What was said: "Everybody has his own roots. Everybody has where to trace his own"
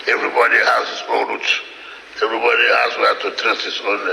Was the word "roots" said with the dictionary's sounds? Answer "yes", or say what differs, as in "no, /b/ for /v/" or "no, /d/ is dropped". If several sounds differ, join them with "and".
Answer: no, /s/ is dropped